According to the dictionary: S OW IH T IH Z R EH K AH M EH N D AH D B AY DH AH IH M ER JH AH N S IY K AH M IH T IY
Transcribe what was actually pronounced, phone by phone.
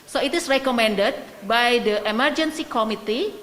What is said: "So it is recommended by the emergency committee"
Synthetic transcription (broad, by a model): S OW IH T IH S R EH K AH M EH N D AH D B AY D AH IH M ER JH AH N S IY K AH M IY T IY